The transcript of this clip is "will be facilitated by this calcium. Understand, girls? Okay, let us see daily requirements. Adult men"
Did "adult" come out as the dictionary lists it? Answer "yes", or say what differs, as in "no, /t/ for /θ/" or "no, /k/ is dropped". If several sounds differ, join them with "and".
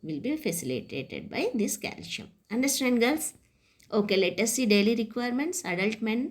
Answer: yes